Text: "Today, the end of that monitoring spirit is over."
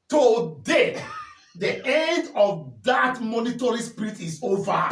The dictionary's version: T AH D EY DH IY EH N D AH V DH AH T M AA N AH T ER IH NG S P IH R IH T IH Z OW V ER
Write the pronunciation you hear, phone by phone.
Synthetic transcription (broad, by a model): T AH D EY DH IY EH N D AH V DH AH T M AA N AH T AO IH S P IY R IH T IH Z OW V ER